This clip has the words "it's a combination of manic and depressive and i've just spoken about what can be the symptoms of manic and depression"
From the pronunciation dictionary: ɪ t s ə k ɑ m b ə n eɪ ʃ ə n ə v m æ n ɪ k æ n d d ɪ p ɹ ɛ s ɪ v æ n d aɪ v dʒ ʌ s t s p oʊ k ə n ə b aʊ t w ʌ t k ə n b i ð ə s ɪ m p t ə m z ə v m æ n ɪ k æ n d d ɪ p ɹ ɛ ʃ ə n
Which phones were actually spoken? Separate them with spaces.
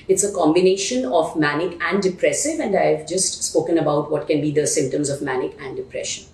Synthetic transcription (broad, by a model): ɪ t s ə k ɑ m b ə n eɪ ʃ ə n ə v m æ n ɪ k æ n d d ɪ p ɹ ɛ s ɪ v æ n d aɪ v dʒ ʌ s t s p oʊ k ə n ə b aʊ t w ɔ t k ə n b i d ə s ɪ m p t ə m z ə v m æ n ɪ k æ n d d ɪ p ɹ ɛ ʃ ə n